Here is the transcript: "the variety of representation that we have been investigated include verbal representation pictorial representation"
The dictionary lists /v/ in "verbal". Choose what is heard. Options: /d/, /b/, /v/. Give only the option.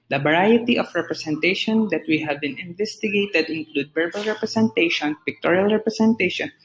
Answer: /b/